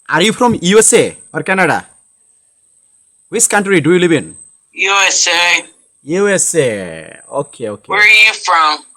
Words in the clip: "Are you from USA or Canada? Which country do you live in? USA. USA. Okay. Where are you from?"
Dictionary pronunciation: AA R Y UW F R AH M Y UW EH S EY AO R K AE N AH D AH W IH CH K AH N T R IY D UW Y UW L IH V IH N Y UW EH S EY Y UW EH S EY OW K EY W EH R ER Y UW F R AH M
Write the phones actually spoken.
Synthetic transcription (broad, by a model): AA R Y UW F R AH M Y UW EH S EY AO R K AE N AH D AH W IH S K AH N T R IY D UW Y UW L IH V IH N Y UW EH S EY Y UW EH S EY OW K EY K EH W ER Y UW F R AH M